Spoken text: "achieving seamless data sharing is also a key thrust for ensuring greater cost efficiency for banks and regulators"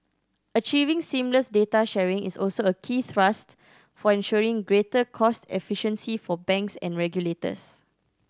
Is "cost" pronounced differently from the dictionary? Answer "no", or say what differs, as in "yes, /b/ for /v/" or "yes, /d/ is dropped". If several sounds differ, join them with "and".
no